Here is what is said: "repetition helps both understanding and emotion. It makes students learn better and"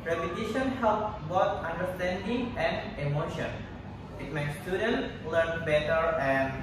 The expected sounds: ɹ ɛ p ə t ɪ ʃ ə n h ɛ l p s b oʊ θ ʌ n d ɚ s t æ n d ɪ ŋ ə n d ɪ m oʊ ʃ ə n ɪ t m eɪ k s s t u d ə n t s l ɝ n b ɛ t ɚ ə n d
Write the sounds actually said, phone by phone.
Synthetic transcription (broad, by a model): ɹ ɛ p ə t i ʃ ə n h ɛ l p b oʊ t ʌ n d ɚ s t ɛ n d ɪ ŋ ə n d ɪ m oʊ ʃ ə n ɪ t m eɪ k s s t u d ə n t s l ɝ n b ɛ t ɚ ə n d